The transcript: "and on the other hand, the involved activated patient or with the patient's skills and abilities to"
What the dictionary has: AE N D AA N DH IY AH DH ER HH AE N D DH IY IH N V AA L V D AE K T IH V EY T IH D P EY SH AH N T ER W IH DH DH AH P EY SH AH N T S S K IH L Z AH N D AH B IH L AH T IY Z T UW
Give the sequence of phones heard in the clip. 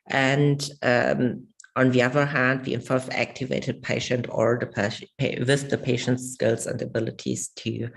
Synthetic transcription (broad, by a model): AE N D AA N DH IY AH DH ER HH AE N D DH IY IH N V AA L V AE K T IH V EY T IH D P EY SH AH N T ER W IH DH DH AH P EY SH AH N T S S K IH L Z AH N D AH B IH L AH T IY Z T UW